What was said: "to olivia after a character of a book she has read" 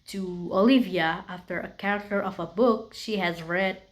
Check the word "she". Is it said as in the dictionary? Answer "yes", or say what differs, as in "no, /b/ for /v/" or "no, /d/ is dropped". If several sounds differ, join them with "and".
yes